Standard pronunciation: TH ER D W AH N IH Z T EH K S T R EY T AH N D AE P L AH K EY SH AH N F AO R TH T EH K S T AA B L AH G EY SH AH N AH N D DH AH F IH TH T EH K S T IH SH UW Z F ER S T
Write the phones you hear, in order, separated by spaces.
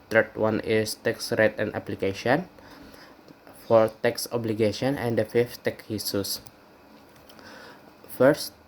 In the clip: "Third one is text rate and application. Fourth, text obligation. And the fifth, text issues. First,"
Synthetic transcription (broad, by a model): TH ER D W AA N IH S T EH K S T R EY T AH N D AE P L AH K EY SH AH N F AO R T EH K S AA B L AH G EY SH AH N AH N D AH F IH F T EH K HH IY S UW S F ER S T